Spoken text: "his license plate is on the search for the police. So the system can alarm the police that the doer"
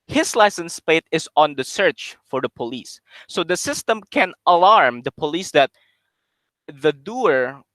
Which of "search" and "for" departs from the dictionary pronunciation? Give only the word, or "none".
none